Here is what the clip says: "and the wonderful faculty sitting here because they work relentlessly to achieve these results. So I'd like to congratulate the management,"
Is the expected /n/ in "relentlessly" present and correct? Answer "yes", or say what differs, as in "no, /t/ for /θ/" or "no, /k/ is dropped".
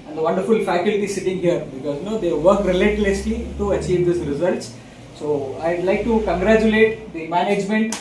no, /n/ is dropped